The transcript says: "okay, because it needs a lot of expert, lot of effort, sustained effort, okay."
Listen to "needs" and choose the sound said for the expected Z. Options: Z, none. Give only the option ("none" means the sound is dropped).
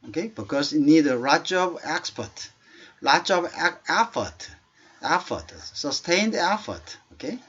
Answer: none